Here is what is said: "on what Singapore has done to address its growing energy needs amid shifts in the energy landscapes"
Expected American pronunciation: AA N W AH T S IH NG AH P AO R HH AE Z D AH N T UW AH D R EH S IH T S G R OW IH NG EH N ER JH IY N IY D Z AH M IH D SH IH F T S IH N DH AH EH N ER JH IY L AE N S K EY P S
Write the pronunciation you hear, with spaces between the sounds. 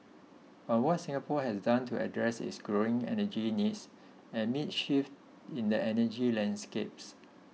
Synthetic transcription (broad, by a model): AA N W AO T S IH NG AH P AO HH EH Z D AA N T UW AH D R EH S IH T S G R OW IH NG EH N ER JH IY N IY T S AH M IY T SH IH F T IH N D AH EH N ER JH IY L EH N S K EY P S